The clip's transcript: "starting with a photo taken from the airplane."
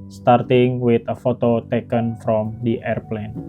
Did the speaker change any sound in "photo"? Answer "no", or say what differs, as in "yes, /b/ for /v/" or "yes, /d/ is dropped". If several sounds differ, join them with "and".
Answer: no